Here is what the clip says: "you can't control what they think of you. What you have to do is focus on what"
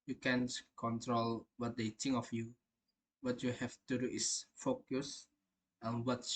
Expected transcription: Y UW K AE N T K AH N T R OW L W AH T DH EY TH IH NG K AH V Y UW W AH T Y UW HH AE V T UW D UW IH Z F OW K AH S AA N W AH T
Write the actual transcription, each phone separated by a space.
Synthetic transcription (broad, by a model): Y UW K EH N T K AH N T R OW L W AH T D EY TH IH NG AH F Y UW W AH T Y UW HH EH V T UW D UW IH S F OW K AH S AA N W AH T